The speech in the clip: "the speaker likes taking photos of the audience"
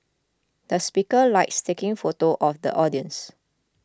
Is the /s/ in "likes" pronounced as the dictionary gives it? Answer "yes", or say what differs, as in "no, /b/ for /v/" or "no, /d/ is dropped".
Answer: yes